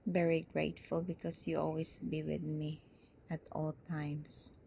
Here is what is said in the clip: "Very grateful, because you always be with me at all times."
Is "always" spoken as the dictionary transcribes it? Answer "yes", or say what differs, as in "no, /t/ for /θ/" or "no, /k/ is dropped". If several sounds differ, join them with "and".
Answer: no, /s/ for /z/